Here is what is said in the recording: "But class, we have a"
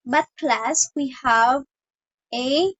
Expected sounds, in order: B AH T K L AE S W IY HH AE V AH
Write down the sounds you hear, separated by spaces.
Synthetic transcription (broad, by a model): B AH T K L AE S W IY HH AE V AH